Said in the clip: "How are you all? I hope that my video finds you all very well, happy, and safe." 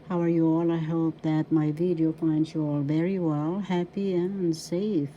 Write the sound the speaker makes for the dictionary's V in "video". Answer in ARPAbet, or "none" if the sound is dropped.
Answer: V